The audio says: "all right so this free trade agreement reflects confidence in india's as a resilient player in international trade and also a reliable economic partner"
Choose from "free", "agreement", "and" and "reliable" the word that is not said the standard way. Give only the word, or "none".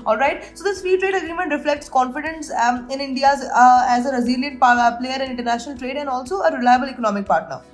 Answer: free